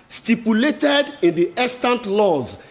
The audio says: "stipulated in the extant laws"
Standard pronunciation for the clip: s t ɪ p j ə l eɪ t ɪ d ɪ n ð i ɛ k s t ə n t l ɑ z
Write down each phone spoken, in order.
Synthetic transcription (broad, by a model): s t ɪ p j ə l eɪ t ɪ d ɪ n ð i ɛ s t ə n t l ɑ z